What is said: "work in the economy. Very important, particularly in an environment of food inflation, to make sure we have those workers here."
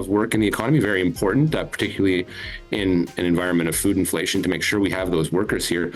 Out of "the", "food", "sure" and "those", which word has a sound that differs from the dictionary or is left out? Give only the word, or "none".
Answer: none